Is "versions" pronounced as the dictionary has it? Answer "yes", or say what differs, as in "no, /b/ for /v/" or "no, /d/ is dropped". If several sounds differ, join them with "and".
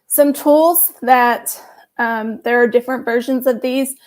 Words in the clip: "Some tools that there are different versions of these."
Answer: yes